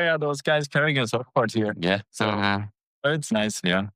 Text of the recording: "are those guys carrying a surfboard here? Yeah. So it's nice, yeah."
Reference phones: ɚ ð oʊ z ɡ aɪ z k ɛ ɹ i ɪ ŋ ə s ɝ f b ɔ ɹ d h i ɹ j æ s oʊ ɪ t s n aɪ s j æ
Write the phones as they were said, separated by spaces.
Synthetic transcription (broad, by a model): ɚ ð oʊ z ɡ aɪ z k ɛ ɹ i ɪ ŋ ə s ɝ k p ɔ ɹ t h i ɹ j æ s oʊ ɪ t s n aɪ s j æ